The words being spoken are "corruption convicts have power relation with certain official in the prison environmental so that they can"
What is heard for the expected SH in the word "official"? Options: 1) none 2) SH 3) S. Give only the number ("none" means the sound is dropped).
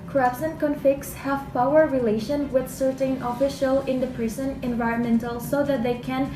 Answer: 2